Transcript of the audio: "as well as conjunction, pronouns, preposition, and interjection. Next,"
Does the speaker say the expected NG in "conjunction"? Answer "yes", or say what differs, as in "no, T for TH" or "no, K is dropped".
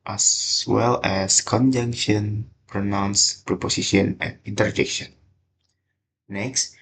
yes